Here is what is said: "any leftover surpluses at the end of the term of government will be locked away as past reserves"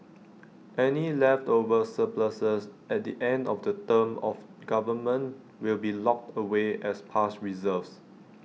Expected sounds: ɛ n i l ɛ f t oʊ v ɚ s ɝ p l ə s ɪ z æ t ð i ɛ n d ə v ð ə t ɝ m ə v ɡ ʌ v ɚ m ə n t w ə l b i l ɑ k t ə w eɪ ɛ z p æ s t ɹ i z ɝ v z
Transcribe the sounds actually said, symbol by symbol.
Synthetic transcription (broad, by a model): ɛ n i l ɛ f t oʊ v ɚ s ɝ p l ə s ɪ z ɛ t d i ɛ n d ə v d ə t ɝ m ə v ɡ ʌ v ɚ m ə n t w ə l b i l ɑ k t ə w eɪ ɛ s p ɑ s t ɹ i z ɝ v s